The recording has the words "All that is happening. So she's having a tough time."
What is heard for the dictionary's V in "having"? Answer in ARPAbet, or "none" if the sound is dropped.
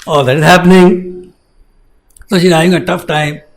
none